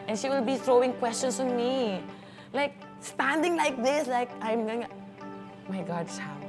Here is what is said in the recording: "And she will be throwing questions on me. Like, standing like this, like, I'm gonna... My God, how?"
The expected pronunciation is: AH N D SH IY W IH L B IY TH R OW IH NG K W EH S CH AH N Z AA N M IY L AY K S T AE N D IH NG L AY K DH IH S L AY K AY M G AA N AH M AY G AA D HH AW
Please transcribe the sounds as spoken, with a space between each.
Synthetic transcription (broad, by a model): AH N SH IY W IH L B IY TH R OW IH NG K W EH S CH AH N S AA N M IY L AY K S T AE N D IH NG L AY K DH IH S L AY K AY M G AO AH M AY G AA D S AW